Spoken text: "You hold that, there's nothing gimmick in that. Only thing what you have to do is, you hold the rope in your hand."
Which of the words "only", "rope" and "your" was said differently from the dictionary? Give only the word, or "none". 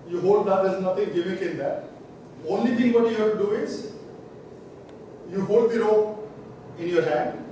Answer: rope